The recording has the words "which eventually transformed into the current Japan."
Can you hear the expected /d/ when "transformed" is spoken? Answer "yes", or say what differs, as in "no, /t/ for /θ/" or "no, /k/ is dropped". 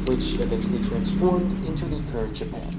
yes